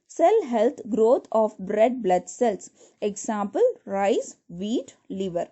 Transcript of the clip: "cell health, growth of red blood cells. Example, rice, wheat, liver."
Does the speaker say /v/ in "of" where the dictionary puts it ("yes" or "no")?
no